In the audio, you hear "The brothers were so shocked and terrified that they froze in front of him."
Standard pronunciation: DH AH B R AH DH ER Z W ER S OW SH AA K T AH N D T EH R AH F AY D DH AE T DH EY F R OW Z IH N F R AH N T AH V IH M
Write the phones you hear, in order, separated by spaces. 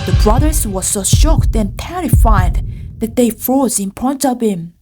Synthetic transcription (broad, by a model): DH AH B R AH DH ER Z W ER S OW SH AA K T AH N T EH R AH F AY D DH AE T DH EY F R OW Z IH N P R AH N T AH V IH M